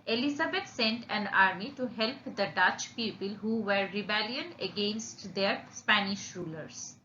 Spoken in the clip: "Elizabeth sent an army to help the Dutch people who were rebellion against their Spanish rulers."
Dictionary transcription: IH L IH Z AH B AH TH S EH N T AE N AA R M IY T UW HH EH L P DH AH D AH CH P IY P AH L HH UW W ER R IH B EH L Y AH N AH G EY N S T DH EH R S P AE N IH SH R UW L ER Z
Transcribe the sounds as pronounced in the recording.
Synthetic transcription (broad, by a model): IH L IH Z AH B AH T S EH N T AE N AA R M IY T UW HH EH L P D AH D AH CH P IY P AH L HH UW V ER R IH B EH L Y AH N AH G EY N S T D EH R S P AE N IH SH R UW L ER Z